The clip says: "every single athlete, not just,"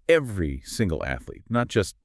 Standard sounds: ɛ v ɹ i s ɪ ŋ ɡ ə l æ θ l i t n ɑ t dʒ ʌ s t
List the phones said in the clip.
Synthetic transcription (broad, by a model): ɛ v ɹ i s ɪ ŋ ɡ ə l æ θ l i t n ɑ t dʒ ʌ s t